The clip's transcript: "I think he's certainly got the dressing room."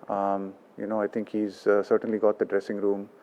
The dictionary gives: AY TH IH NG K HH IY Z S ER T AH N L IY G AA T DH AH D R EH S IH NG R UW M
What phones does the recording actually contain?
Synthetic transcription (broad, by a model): AY T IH NG K HH IY Z S ER T AH N L IY G AA T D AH D R EH S IH NG R UW M